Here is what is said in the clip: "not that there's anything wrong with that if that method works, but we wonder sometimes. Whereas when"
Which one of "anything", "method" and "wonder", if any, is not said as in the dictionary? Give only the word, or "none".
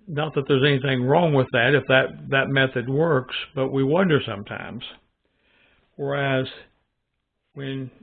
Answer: none